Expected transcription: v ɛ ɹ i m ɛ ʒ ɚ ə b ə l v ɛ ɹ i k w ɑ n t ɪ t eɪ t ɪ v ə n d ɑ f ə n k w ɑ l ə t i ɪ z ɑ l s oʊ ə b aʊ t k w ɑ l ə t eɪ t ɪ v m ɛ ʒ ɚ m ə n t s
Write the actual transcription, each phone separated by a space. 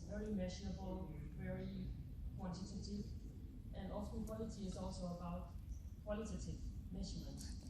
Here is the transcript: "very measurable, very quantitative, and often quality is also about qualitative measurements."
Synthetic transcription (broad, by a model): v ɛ ɹ i m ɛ ʃ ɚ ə b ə l v ɛ ɹ i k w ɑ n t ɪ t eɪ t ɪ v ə n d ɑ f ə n k w ɑ l ə t i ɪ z ɑ l s oʊ ə b aʊ t k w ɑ l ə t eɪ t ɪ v m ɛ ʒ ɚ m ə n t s